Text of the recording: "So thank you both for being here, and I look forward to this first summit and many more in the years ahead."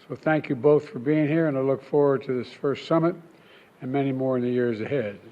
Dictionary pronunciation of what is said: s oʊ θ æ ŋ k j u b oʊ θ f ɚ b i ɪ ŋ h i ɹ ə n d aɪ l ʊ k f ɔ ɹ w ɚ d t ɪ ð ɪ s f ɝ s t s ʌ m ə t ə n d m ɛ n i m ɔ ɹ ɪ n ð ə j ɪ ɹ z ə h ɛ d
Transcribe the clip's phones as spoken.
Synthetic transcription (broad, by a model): s oʊ θ æ ŋ k j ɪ b oʊ θ f ɚ b i ɪ ŋ h i ɹ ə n aɪ l ʊ k f ɔ ɹ w ɚ d t ɪ ð ɪ s f ɝ s t s ʌ m ə t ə n m ɛ n i m ɔ ɹ ɪ n ð ə j ɪ ɹ z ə h ɛ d